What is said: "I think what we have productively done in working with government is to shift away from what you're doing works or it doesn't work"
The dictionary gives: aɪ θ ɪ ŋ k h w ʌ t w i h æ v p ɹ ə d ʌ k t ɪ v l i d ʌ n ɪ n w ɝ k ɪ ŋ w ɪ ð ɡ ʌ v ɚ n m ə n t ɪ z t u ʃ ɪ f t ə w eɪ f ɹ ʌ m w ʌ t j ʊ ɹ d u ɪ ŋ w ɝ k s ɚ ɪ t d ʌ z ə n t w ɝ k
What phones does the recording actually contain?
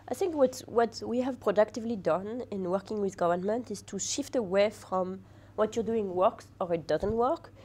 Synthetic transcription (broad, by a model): aɪ θ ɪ ŋ k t w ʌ t w i h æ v p ɹ ə d ʌ k t ɪ v l i d ʌ n ɪ n w ɝ k ɪ ŋ w ɪ ð ɡ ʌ v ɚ n m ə n t ɪ z t u ʃ ɪ f t ə w eɪ f ɹ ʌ m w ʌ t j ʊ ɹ d u ɪ ŋ w ɝ k s ɚ ɪ t d ʌ z ə n t w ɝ k